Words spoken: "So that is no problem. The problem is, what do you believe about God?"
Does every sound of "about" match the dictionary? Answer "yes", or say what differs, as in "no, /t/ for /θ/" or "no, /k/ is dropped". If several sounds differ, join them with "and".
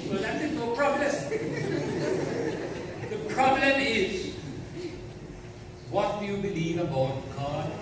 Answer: yes